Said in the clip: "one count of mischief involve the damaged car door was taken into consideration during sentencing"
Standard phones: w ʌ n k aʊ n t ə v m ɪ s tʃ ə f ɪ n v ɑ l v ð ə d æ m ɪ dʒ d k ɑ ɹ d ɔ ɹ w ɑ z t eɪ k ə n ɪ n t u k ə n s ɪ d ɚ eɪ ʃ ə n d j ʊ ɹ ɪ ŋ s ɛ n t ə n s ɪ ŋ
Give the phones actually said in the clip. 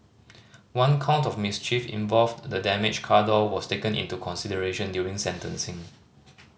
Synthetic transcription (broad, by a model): w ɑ n k aʊ n t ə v m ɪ s tʃ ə f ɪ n v ɑ l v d ə d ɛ m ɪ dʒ k ɑ d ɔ l w ɑ s t eɪ k ə n ɪ n t u k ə n s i d ɚ eɪ ʃ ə n d j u ɹ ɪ ŋ s ɛ n t ə n s ɪ ŋ